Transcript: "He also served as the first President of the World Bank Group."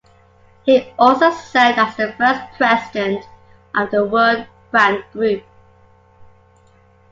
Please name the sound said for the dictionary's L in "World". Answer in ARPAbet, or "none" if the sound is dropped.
none